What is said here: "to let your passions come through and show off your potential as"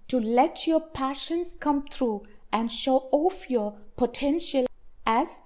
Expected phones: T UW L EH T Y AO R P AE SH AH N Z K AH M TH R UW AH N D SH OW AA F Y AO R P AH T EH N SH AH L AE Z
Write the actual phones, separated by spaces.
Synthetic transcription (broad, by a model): T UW L EH T Y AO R P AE SH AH N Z K AH M T R UW AH N D SH OW AA F Y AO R P AH T EH N SH AH L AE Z